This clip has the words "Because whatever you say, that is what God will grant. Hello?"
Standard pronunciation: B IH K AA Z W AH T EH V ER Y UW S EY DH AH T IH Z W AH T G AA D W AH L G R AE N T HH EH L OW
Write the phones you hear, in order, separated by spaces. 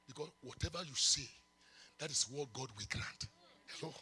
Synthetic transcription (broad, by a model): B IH K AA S W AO T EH V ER Y UW S EY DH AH T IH S W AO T G AA D W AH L G R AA N T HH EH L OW